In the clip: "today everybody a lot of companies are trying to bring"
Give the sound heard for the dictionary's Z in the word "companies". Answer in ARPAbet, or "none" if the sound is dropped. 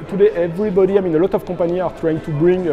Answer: none